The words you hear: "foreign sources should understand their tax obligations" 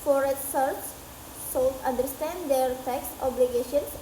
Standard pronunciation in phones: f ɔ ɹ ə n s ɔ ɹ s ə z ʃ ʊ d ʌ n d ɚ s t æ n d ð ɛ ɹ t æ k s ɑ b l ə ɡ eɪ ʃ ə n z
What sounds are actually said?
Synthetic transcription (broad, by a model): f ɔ ɹ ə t s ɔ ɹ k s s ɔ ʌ n d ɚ s t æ n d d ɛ ɹ t æ k s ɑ b l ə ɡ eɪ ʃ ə n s